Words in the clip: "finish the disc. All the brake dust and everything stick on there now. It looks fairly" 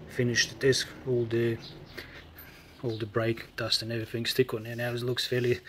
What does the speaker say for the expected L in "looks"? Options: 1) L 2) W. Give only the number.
1